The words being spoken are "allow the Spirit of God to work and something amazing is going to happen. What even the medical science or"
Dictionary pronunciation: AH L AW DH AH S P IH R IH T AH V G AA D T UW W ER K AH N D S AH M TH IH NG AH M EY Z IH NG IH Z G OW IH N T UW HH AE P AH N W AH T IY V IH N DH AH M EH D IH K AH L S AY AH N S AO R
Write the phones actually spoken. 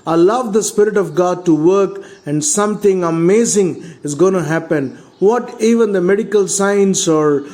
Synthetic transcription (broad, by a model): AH L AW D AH S P IH R IH T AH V G AA D T UW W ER K AH N D S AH M T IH NG AH M EY Z IH NG IH Z G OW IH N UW HH AE P AH N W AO T IY V IH N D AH M EH D IH K AH L S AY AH N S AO R